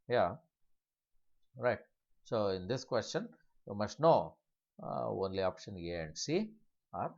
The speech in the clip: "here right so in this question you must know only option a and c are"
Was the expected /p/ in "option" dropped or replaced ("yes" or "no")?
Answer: no